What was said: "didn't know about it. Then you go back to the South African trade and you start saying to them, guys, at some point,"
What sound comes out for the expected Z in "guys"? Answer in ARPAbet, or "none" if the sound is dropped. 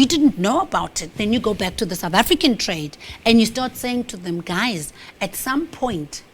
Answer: Z